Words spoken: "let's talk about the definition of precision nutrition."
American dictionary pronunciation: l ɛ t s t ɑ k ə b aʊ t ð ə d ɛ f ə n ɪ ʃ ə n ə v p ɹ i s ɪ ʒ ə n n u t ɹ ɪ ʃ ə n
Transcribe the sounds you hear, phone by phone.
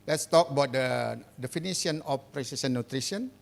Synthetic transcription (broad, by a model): l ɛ t s t ɑ k ə b aʊ t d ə d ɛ f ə n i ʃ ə n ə f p ɹ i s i s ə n n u t ɹ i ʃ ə n